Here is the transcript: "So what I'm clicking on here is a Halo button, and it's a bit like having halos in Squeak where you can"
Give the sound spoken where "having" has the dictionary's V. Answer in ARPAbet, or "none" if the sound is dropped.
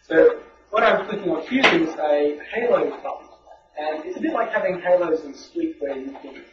V